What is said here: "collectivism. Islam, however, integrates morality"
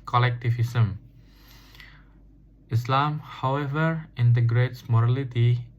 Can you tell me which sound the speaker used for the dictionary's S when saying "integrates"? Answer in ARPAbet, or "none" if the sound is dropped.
S